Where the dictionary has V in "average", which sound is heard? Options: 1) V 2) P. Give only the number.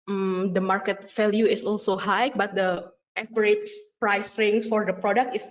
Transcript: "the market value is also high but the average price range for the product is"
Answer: 2